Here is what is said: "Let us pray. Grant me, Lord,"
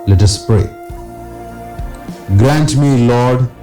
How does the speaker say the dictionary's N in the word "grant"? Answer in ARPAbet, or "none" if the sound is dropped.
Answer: N